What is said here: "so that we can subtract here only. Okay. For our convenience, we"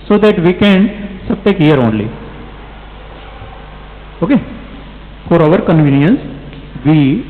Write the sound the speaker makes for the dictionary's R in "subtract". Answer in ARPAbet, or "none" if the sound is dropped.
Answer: none